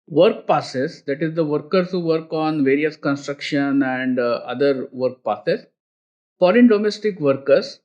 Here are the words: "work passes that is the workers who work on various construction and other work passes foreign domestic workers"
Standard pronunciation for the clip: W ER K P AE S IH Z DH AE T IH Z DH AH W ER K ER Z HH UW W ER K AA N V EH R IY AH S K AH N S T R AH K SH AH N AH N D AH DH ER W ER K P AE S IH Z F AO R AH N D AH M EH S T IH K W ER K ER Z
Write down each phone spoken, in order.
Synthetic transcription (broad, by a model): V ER K P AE S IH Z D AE T IH Z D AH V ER K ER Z HH UW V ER K AA N V EH R IY AH S K AH N S T R AH K SH AH N AH N D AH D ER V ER K P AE S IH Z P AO L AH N D AH M EH S T IH K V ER K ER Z